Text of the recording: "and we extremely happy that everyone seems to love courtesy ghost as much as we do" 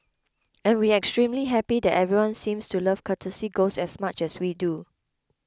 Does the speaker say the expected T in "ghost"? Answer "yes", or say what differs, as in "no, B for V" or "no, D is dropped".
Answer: no, T is dropped